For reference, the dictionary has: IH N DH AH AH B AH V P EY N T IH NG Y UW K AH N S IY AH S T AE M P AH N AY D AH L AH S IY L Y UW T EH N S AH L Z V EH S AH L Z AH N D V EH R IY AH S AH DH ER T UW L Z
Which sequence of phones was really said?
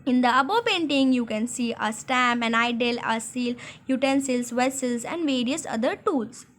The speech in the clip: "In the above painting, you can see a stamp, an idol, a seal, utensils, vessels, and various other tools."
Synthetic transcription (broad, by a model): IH N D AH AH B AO P EY N T IH NG Y UW K AH N S IY AH S T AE M AH N AY D AH L AH S IY L Y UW T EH N S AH L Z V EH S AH L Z AH N D V EH R IY AH S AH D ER T UW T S